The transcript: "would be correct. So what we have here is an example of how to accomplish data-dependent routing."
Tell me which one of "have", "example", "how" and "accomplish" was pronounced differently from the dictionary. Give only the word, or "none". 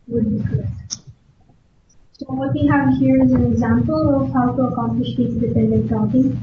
none